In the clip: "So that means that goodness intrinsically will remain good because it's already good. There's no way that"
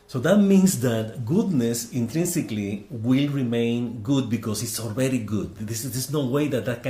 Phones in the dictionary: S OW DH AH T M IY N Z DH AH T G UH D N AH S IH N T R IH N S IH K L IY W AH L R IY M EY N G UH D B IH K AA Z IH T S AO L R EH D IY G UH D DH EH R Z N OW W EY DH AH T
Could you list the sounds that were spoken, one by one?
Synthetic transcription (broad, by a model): S OW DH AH T M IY N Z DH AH T G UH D N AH S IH N T R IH N S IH K L IY W AH L R IY M EY N G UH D B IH K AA S IH T S AO L R EH D IY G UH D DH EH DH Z N OW W EY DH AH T